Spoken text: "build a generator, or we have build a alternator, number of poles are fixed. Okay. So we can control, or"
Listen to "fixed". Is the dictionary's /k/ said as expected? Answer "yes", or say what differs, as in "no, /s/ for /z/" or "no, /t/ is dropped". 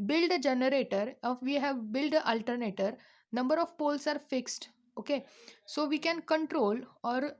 yes